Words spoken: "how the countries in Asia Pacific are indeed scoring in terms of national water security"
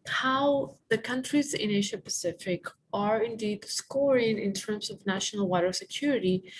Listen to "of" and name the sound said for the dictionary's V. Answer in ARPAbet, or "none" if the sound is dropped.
V